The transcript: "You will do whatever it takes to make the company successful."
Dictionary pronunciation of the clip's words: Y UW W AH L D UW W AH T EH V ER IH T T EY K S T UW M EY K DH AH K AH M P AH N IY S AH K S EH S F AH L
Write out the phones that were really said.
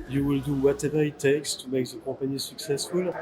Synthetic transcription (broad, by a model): Y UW W AH L D UW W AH T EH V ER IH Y T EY K S T UW M EY K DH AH K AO P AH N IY S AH K S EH S F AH L